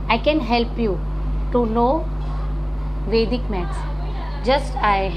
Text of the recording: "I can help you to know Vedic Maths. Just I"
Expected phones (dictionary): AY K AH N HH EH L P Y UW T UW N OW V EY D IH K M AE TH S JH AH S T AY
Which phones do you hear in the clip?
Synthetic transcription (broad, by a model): AY K AH N HH EH L P Y UW T UW N OW V EY D IH K M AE T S JH AH S T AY